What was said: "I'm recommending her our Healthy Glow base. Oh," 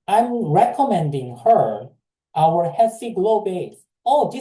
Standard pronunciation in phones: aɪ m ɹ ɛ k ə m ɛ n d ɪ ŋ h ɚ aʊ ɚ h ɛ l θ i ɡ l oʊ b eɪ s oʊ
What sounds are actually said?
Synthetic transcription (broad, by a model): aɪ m ɹ ɛ k ə m ɛ n d ɪ ŋ h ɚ aʊ ɚ h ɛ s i ɡ l oʊ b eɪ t oʊ